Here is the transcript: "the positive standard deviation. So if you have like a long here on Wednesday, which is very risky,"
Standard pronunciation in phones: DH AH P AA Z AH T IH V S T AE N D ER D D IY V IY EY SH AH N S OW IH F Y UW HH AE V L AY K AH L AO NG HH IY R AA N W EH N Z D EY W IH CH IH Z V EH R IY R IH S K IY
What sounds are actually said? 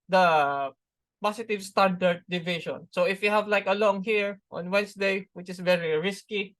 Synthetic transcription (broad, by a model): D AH P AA S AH T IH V S T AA N D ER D D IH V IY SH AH N S OW IH F Y UW HH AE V L AY K AH L AO NG HH IY R AA N W EH N S D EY W IH CH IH S V EH R IY R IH S K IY